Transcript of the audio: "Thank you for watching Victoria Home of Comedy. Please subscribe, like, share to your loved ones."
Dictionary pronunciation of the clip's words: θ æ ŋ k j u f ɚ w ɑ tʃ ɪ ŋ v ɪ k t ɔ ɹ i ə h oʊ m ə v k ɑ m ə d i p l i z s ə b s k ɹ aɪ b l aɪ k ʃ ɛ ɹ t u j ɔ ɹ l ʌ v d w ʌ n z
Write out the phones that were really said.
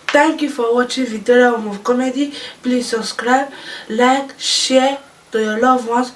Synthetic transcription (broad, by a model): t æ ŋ k j u f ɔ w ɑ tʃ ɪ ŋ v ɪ t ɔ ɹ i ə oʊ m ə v k ɑ m ə d i p l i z s ə b s k ɹ aɪ b l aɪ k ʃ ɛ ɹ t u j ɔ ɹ l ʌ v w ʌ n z